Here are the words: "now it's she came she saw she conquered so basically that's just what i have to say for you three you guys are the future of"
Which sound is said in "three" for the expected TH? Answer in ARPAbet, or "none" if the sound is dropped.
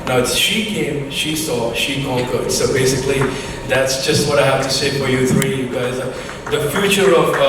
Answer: TH